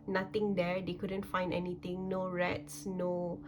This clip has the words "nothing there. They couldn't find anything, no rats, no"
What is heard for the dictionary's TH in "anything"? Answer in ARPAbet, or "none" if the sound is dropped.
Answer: T